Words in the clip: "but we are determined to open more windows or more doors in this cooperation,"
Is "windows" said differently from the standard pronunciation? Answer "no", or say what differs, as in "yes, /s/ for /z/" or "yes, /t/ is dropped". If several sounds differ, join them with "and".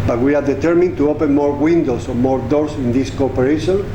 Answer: yes, /s/ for /z/